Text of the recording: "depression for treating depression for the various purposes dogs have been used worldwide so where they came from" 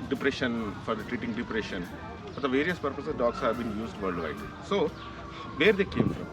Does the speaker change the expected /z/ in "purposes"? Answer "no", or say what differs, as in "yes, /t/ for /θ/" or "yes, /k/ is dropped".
yes, /z/ is dropped